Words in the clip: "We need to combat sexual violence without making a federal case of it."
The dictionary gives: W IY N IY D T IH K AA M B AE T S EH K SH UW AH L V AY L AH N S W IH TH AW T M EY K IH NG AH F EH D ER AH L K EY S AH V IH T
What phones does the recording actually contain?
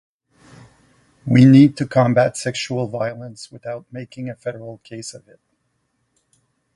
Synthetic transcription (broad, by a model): W IY N IY D T IH K AA M B AE T S EH K SH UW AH L V AY L AH N S W IH TH AW T M EY K IH NG AH F EH D ER L K EY S AH V IH T